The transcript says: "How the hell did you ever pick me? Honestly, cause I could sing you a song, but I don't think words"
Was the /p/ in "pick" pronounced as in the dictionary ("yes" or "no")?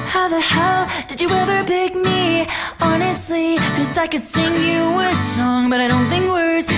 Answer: no